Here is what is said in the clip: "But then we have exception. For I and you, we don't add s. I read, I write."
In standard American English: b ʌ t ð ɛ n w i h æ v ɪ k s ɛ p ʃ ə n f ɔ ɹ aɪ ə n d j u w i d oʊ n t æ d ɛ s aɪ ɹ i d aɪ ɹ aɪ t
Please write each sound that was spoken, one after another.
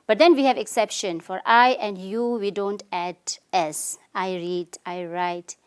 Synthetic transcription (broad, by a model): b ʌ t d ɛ n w i h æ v ɪ k s ɛ p ʃ ə n f ɔ ɹ aɪ ə n d j u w i d oʊ n t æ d ɛ s aɪ ɹ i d aɪ ɹ aɪ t